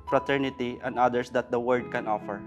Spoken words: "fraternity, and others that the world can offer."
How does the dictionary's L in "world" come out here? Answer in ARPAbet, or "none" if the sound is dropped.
none